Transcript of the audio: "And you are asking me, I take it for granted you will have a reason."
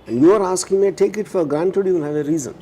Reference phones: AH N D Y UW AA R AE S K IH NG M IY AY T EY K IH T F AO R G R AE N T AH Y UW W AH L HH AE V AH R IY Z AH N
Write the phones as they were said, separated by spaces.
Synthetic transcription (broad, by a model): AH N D Y UW AA R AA S K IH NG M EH T EY K IH T F AO R G R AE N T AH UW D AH N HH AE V AH R IY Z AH N